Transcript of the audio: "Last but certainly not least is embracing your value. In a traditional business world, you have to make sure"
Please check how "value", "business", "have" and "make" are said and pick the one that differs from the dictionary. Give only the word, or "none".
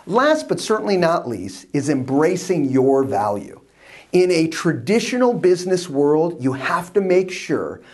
have